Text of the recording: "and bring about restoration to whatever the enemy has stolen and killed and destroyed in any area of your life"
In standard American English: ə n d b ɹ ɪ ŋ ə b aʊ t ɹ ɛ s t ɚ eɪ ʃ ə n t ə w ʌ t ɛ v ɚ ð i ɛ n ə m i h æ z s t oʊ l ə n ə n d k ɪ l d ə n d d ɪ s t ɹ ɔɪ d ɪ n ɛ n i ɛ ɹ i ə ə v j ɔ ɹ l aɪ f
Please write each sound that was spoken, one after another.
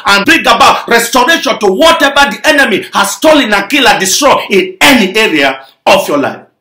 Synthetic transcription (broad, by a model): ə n b ɹ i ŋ ə b aʊ t ɹ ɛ s t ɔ eɪ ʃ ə n t ə w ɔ t ɛ v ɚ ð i ɛ n ə m i h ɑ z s t oʊ l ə n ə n k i l ə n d d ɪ s t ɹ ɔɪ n ɪ n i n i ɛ ɹ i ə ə f j ɔ l aɪ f